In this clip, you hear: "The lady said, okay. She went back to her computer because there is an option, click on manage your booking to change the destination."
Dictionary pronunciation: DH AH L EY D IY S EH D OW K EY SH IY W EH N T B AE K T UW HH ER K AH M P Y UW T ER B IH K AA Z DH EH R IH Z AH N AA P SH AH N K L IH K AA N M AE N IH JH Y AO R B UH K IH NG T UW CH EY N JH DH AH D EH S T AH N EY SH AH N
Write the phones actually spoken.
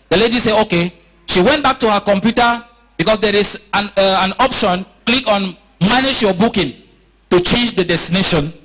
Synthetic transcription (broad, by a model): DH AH L EY D IY S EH OW K EY SH IY W EH N T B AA K T UW HH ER K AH M P Y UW T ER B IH K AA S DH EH R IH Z AH N AA P SH AH N K L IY K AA N M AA N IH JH Y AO B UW K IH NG T UW CH EY N JH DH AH D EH S T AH N EY SH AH N